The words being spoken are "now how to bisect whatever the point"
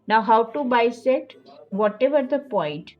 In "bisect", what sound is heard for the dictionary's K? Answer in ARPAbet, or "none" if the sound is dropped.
none